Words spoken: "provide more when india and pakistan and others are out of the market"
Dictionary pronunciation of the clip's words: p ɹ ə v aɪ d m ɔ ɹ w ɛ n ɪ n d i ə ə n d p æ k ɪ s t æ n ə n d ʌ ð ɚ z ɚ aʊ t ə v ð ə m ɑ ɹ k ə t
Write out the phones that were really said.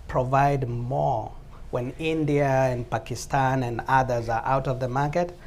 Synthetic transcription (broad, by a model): p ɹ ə v aɪ d m ɔ ɹ w ɛ n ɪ n d i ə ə n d p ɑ k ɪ s t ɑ n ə n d ʌ ð ɚ z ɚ aʊ t ə v ð ə m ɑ ɹ k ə t